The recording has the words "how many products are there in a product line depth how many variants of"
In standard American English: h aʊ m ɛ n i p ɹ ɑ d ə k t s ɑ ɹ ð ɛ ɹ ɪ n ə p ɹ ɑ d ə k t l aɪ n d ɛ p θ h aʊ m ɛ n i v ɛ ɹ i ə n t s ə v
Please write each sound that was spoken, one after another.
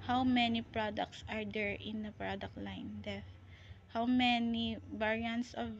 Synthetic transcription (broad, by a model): h aʊ m ɛ n i p ɹ ɑ d ə k t s ɑ ɹ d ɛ ɹ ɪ n ə p ɹ ɑ d ə k t l aɪ n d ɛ θ h aʊ m ɛ n i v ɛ ɹ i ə n t s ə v